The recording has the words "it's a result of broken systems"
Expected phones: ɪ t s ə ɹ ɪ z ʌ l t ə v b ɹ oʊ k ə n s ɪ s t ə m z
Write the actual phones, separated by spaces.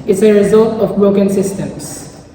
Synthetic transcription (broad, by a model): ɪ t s ə ɹ ɪ z ʌ l t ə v b ɹ oʊ k ə n s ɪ s t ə m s